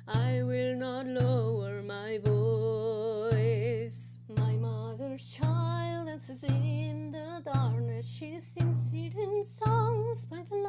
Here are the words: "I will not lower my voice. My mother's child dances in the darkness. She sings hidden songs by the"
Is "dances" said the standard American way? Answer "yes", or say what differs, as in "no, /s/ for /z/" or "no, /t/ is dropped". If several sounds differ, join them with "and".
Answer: no, /n/ is dropped